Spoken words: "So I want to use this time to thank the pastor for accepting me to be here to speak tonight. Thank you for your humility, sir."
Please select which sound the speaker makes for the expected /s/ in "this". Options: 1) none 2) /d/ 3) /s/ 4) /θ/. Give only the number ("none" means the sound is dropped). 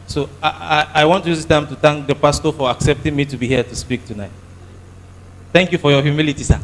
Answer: 1